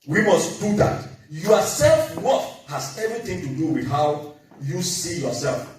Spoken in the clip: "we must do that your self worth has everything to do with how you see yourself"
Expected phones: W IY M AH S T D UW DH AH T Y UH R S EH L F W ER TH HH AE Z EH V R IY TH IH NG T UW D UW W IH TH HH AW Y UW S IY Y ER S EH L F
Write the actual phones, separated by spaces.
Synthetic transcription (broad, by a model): W IY M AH S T D UW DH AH T Y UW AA S EH L F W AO F HH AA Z EH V R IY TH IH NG T UW D UW W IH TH HH AW Y UW S IY Y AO S EH L F